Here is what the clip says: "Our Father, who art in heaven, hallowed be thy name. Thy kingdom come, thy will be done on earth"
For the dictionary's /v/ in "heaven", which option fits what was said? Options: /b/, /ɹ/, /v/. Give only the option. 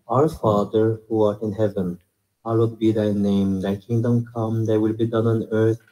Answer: /v/